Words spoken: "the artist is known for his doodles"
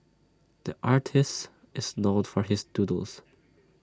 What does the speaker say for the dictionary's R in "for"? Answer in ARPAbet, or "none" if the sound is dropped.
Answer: R